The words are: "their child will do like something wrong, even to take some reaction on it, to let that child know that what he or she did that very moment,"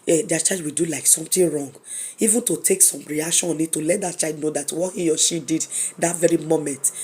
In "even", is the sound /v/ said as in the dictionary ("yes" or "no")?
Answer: yes